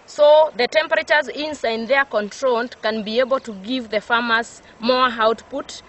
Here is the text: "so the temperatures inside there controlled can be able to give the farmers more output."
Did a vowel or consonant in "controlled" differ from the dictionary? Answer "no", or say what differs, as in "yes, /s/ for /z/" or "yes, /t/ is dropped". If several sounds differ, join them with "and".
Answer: yes, /n/ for /l/